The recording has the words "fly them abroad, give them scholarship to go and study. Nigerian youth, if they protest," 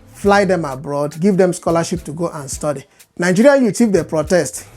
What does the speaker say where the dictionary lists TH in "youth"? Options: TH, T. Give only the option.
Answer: T